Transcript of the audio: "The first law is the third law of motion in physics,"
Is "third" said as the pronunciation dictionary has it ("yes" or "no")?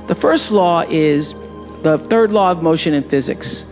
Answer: yes